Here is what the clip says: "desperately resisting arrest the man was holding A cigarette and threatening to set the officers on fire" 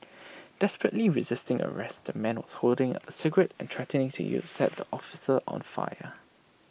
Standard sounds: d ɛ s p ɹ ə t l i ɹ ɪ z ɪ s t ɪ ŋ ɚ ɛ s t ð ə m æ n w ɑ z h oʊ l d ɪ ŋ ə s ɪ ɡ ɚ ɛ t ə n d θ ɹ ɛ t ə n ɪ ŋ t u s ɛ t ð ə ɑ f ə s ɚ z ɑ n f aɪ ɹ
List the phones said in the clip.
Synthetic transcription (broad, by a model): d ɛ s p ɹ ə t l i ɹ ɪ z ɪ s t ɪ ŋ ɚ ɛ s t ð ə m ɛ n w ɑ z h oʊ l d ɪ ŋ ə s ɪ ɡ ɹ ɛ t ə n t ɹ ɛ t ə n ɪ ŋ t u s ɛ t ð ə ɑ f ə s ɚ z ɑ n f aɪ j